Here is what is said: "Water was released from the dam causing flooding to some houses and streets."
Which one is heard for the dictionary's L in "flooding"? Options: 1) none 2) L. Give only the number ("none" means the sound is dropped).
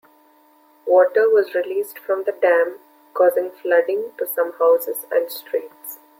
2